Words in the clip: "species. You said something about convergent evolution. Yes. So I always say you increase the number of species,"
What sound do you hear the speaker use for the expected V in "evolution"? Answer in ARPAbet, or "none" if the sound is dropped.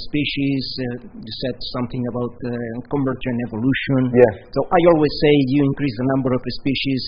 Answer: V